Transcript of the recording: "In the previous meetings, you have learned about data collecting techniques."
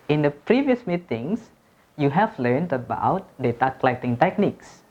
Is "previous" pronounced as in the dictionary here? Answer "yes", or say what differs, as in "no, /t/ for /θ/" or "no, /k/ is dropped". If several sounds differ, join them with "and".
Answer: yes